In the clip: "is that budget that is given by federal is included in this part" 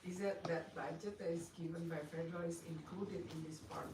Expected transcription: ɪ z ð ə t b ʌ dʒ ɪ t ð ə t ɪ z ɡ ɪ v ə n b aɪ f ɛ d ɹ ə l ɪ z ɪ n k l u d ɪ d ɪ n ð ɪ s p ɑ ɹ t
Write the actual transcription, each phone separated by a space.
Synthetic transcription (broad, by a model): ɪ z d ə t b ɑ ɪ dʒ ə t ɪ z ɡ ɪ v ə n b aɪ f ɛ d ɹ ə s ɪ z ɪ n k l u d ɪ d ɪ n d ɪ s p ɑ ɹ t